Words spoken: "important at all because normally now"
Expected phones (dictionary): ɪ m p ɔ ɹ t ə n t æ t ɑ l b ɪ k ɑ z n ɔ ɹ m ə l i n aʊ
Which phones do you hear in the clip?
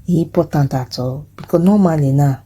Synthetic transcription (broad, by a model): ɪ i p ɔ t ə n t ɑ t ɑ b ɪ k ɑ n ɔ m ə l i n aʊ